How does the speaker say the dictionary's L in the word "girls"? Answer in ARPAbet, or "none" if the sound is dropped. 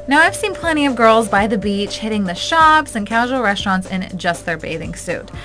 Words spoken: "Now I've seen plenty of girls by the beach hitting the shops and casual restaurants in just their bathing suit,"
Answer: L